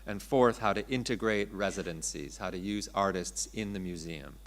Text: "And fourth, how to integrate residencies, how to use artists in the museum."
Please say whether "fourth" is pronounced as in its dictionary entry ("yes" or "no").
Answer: yes